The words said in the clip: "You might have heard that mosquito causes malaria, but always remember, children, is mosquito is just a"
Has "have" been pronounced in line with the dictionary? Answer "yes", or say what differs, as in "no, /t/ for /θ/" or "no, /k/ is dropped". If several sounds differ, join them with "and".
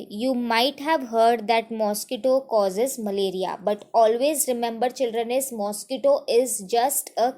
yes